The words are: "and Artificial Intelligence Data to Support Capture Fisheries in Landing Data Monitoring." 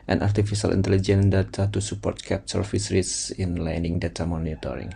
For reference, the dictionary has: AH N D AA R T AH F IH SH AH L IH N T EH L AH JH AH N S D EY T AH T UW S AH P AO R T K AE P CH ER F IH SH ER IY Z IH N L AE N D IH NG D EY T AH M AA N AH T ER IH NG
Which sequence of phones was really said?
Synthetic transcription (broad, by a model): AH N AA R T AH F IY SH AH L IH N T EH L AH JH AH N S D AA T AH T UW S AH P AO R T K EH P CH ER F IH S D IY S IH N L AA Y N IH NG D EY T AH M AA N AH T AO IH NG